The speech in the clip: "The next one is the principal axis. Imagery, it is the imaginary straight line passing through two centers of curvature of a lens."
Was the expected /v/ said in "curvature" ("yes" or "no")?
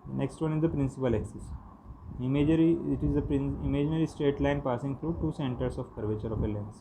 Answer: yes